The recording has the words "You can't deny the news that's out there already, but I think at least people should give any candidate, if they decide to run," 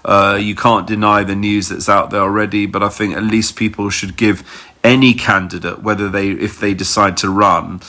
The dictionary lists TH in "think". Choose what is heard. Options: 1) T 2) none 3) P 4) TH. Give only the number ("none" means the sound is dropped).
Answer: 4